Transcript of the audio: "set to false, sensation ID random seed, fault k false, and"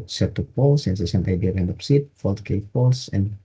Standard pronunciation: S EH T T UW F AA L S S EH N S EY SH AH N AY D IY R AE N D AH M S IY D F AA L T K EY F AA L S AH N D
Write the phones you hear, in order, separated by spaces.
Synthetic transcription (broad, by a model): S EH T T UW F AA L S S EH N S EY S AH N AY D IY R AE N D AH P S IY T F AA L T K EY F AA L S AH N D